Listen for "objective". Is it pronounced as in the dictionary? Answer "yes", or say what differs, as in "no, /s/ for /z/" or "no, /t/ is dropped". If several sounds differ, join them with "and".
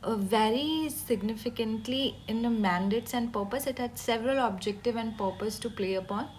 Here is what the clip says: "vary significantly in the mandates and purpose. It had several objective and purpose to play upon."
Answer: yes